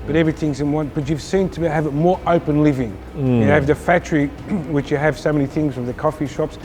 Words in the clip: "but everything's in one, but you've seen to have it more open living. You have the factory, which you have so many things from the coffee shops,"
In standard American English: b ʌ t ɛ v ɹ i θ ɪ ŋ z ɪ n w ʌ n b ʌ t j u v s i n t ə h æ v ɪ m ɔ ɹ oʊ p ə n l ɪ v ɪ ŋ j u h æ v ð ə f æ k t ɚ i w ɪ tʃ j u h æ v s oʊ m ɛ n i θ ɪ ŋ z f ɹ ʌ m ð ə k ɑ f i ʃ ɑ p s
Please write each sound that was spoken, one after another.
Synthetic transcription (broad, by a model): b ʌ t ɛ v ɹ i θ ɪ ŋ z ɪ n w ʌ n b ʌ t j u v s i n t ə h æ v ɪ m ɔ ɹ oʊ p ə n l ɪ v ɪ ŋ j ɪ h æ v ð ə f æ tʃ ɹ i w ɪ tʃ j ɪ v s oʊ m ɛ n i θ ɪ ŋ z f ɹ ʌ m ð ə k ɑ f i ʃ ɑ p s